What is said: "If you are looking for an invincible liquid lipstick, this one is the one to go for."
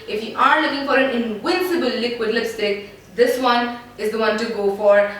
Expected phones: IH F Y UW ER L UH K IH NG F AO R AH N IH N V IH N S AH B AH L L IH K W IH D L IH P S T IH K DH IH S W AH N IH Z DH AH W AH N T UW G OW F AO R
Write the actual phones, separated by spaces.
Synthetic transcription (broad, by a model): IH F Y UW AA L UH K IH NG F AO R AH N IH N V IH N S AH B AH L L IH K W IH D L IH S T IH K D IH S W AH N IH Z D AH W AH N T UW G OW F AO R